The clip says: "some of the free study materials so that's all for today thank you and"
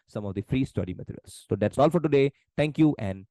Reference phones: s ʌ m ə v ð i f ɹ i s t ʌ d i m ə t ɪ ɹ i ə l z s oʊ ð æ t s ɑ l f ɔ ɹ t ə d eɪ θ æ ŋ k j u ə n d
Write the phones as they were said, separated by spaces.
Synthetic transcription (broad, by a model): s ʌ m ə v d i f ɹ i s t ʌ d i m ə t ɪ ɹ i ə l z s oʊ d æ t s ɑ l f ɔ ɹ t ə d eɪ t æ ŋ k j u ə n d